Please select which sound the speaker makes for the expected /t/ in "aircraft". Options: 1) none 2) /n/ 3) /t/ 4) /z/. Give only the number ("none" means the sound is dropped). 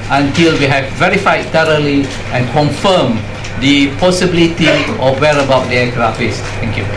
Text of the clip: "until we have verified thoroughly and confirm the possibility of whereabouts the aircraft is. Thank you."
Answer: 1